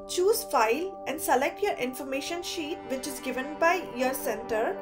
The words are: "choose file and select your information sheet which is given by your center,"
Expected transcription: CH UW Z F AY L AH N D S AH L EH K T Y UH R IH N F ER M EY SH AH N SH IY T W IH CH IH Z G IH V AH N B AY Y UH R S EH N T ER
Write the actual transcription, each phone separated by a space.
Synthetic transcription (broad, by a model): CH UW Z F AY L AH N D S AH L EH K T Y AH R IH N F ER M EY SH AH N SH IY T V IH CH IH Z G IH V AH N B AY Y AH R S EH N T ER